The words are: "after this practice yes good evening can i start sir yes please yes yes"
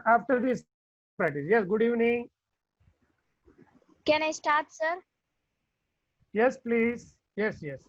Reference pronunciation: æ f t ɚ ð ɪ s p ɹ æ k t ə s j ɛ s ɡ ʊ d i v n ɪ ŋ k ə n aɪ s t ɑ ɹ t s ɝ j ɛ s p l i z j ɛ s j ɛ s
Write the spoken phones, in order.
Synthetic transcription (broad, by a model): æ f t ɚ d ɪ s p æ t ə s j ɛ s ɡ ʊ d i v n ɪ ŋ k ə n aɪ s t ɑ ɹ t s ɝ j ɛ s p l i z j ɛ s j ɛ s